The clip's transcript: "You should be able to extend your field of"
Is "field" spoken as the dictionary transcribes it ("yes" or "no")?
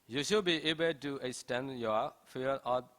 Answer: no